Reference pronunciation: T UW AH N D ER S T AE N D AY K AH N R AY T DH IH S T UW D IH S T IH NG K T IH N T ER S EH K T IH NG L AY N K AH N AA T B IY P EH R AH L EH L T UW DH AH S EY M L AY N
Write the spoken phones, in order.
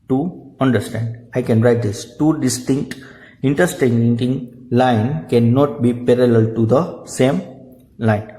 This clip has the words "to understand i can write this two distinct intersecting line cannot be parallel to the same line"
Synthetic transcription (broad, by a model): T UW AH N D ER S T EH N D AY K AH N R AY T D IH S T UW D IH S T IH NG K T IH N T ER S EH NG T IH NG L AY N K AH N AA T B IY P EH R AH L EH L T UW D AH S EY M L AY N